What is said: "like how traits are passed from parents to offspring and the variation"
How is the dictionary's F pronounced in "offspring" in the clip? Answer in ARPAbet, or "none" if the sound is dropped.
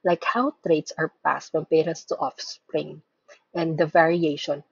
F